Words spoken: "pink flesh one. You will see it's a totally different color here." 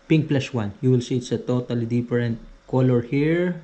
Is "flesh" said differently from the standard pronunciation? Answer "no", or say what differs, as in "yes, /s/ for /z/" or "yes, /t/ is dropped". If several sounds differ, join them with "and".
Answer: yes, /s/ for /ʃ/